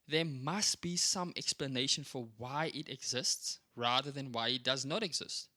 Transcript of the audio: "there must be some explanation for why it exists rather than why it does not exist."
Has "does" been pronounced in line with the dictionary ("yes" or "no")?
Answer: yes